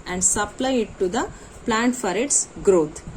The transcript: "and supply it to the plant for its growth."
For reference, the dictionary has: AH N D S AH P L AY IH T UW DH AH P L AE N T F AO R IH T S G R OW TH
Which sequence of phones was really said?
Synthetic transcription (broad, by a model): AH N D S AH P L AY IH T UW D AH P L AE N T F AO R IH T S G R OW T